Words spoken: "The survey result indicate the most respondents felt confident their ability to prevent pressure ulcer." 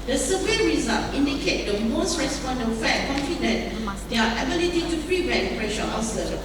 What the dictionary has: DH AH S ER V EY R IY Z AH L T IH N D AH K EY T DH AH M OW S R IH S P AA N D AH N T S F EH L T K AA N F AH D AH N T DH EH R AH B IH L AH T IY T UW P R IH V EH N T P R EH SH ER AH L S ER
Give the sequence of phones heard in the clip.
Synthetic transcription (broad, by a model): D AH S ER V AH R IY Z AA L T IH N D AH K EY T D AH M OW S R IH S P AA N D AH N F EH T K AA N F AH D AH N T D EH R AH B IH L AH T IY T UW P R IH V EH T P R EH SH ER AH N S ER